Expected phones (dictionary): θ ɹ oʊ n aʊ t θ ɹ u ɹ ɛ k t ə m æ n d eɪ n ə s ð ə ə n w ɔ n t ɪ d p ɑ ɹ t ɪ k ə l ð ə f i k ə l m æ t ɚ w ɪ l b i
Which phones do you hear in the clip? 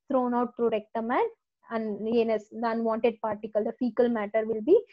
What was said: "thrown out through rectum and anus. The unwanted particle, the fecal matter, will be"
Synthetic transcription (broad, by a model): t ɹ oʊ n aʊ t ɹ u ɹ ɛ k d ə m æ n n eɪ n ə s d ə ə n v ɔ n t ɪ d p ɑ ɹ t ɪ k ə l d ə f i k ə l m æ t ɚ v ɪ l b i